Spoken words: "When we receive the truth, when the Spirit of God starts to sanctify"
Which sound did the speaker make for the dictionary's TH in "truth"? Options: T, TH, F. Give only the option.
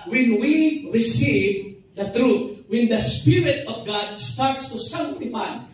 T